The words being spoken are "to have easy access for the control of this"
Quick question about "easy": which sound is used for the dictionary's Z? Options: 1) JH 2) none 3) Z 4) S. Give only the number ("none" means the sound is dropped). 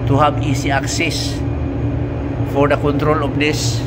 4